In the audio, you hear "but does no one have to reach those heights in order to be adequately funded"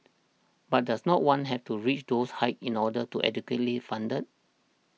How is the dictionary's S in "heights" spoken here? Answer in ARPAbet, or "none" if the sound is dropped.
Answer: none